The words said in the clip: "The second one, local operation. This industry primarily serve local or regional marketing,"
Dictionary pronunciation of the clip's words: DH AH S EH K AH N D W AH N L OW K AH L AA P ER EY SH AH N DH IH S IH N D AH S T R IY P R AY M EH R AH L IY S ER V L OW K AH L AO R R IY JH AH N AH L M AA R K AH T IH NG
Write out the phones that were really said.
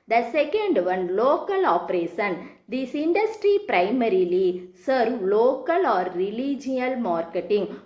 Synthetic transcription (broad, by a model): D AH S EH K AH N D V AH N L OW K AH L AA P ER EY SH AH N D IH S IH N D AH S T R IY P R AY M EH R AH L IY S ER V L OW K AH L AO R L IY JH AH AH L M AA R K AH T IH NG